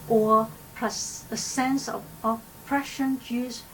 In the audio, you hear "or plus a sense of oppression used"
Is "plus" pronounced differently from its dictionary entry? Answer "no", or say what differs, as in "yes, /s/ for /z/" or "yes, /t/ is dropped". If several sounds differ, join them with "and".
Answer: yes, /l/ is dropped